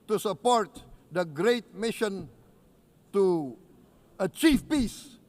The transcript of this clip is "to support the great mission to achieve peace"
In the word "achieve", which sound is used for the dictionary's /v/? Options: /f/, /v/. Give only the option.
/f/